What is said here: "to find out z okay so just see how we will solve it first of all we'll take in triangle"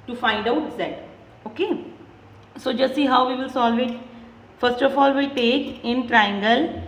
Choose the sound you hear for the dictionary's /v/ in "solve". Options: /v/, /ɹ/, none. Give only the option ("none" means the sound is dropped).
/v/